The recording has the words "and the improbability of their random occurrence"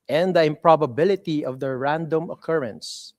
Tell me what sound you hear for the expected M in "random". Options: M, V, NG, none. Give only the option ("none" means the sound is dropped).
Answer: M